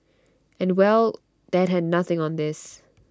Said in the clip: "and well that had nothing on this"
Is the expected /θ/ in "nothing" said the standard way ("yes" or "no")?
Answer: yes